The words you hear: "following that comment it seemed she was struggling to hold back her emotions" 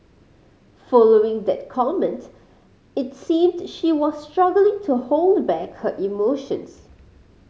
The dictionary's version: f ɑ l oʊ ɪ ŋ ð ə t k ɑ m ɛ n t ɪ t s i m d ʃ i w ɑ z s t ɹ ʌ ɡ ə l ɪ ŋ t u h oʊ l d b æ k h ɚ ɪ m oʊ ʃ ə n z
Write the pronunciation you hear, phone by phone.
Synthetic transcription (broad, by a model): f ɑ l oʊ ɪ ŋ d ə t k ɑ m ɛ n t ɪ t s i m d ʃ i w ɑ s t ɹ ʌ ɡ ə l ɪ ŋ t u h oʊ l d b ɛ k h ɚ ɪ m oʊ ʃ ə n s